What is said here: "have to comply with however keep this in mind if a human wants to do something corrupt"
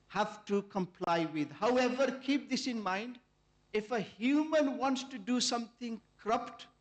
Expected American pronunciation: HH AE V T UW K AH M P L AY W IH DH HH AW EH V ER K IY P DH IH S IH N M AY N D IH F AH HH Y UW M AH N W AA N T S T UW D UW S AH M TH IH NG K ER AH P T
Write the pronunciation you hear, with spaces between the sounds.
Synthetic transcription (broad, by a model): HH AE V T UW K AH M P L AY W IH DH HH AW EH V ER K IY P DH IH S IH N M AY N D IH F AH HH Y UW M AH N W AA N T S T UW D UW S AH M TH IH NG K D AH P T